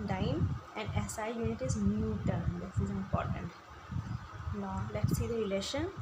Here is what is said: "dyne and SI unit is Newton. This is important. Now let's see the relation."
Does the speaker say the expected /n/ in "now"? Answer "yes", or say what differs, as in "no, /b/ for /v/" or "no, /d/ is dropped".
no, /l/ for /n/